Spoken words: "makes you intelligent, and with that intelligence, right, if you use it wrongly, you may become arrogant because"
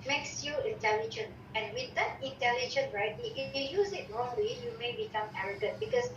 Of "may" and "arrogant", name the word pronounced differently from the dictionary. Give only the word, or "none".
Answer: arrogant